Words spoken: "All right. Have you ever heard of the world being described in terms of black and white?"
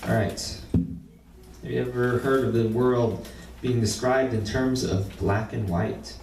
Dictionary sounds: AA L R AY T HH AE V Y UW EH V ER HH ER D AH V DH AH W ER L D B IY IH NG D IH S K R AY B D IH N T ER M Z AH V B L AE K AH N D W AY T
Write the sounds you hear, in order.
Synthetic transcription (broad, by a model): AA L R AY T HH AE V Y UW EH V ER HH ER D AH V DH AH W ER L D B IY IH NG D IH S K R AY B D IH N T ER M Z AH V B L AE K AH N W AY T